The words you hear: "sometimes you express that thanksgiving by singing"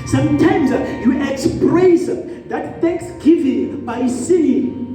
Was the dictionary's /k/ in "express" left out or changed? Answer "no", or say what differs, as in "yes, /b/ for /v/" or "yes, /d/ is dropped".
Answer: no